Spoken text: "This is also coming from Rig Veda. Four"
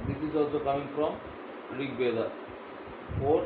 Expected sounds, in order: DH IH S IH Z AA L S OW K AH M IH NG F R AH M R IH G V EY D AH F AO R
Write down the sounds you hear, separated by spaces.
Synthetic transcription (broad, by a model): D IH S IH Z AA L S OW K AH M IH NG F R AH M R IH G B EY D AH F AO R